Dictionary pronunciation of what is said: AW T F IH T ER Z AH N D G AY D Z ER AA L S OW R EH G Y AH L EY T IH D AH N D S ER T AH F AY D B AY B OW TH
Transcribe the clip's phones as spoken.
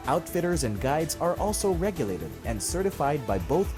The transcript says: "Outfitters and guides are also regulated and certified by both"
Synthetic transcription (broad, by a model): AW T F IH T ER Z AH N G AY D Z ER AA L S OW R EH G Y AH L EY T IH D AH N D S ER T AH F AY D B AY B OW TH